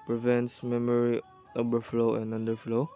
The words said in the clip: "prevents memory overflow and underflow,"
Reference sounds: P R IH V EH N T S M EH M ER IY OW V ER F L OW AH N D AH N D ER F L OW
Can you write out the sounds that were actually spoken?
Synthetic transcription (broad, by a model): P R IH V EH N T S M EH M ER IY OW B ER F L OW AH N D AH N D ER F L OW